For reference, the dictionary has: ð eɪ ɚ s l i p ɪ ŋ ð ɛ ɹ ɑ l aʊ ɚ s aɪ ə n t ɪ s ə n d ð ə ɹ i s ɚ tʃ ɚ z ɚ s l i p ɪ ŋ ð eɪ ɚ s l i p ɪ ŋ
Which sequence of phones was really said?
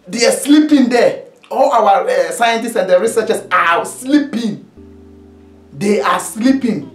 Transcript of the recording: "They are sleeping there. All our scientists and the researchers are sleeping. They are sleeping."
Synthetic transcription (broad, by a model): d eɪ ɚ s l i p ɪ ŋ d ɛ ɑ l aʊ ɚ s aɪ ə n t ɪ s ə n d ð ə ɹ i s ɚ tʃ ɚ s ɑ s l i p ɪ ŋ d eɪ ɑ s l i p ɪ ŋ